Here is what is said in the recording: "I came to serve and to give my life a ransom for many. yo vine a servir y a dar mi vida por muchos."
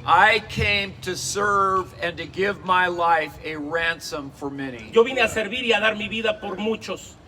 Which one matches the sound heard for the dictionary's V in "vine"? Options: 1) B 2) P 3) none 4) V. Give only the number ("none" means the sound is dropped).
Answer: 1